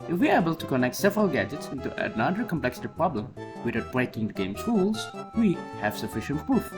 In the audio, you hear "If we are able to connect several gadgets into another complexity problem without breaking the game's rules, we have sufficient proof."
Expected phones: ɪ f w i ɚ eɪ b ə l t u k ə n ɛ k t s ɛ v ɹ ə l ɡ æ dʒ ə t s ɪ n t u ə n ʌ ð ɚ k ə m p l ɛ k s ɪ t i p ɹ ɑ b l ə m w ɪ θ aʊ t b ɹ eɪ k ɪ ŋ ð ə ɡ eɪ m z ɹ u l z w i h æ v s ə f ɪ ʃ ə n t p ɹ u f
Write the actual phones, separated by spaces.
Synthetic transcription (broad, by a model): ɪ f w i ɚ eɪ b ə l t u k ə n ɛ k t s ɛ v ɹ ə l ɡ æ dʒ ə t s ɪ n t u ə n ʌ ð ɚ k ə m p l ɛ k s ɪ t i p ɹ ɑ b l ə m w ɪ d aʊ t b ɹ eɪ k ɪ ŋ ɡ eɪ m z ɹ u l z w i h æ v s ə f ɪ ʃ ə n t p ɹ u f